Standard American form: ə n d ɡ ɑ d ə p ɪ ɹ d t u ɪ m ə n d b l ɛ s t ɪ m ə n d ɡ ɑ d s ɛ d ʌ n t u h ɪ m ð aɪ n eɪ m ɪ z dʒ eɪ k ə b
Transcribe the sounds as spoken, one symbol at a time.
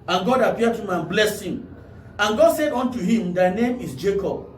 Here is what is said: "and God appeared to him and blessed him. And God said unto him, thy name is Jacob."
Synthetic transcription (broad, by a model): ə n ɡ ɑ d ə p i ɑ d t u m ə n b l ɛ s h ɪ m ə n ɡ ɑ d s ɛ d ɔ n t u h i m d aɪ n eɪ m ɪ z dʒ eɪ k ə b